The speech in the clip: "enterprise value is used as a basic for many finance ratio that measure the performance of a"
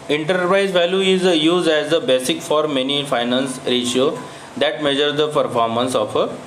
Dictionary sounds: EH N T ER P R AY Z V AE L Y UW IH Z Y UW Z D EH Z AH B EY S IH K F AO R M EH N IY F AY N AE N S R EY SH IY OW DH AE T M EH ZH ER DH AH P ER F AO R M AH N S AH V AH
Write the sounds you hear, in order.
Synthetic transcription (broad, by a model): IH N T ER P R AY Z V AE L Y UW IH Z Y UW Z D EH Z AH B EY S IH K F AO R M EH N IY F AY N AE N S R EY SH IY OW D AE T M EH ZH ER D AH P ER F AO R M AH N S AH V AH